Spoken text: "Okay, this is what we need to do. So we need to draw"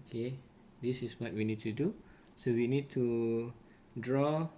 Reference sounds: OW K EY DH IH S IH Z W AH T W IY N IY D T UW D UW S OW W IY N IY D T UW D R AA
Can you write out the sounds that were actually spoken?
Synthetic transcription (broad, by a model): K EY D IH S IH S W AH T W IY N IY D T UW D UW S OW W IY N IY D T UW D R AA